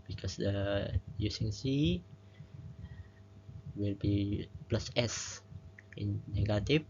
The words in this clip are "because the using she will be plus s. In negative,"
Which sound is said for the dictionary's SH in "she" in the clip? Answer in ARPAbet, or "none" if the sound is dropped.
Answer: S